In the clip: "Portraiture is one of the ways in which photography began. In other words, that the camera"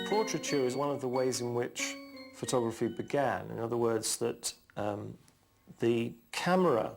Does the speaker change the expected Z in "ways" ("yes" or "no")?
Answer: no